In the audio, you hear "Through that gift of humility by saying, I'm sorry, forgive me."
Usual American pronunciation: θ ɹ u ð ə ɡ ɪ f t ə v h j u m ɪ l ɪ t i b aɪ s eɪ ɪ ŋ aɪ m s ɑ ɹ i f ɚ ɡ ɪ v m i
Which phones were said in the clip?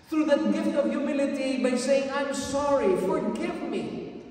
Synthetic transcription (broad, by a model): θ ɹ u ð ə ɡ ɪ f t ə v j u m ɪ l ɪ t i b aɪ s eɪ ɪ ŋ aɪ m s ɑ ɹ i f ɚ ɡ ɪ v m i